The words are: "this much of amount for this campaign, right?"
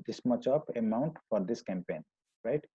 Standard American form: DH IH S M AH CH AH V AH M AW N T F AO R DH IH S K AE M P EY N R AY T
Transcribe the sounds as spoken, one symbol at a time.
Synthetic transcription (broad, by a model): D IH S M AH CH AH P AH M AW N T F AO R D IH S K AE M P EY N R AY T